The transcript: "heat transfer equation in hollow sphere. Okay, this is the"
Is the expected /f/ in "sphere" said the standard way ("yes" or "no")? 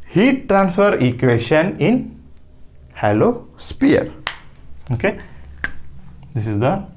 no